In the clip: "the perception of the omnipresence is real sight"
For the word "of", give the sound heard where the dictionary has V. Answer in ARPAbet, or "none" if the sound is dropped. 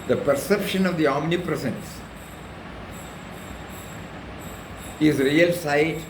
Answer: V